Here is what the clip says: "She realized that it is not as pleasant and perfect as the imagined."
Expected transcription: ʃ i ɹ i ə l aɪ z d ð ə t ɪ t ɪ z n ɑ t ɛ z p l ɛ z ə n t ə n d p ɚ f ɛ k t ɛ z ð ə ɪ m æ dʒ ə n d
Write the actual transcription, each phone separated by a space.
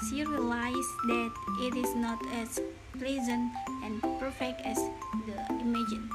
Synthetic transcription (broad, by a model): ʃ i ɹ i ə l aɪ s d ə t ɪ t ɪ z n ɑ t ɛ s p l ɛ z ə n t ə n p ɚ f ɛ k t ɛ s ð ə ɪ m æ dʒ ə n